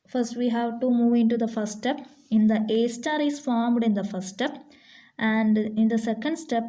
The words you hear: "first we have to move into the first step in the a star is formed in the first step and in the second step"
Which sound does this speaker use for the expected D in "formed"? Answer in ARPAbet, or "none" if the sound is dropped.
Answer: D